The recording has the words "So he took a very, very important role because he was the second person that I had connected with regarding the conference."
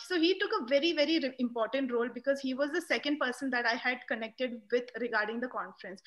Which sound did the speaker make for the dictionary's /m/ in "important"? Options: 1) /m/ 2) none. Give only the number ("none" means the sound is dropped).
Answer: 1